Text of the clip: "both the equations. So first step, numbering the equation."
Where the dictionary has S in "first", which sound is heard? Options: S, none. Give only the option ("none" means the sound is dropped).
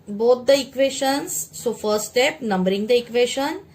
none